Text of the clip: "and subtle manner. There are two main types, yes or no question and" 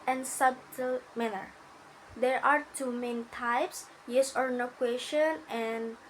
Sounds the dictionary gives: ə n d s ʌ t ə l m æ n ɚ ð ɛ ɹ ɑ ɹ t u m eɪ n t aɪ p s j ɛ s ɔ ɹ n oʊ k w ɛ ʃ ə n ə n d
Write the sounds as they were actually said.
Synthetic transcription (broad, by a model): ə n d s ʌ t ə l m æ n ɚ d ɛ ɹ ɑ ɹ t u m eɪ n t aɪ p s j ɛ s ɔ ɹ n oʊ k w ɛ ʃ ə n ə n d